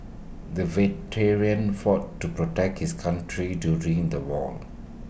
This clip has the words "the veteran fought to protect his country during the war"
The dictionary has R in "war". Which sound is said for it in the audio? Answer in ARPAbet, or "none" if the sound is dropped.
L